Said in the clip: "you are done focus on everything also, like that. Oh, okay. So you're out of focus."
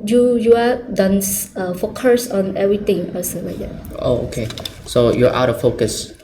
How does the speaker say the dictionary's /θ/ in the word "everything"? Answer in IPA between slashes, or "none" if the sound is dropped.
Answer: /t/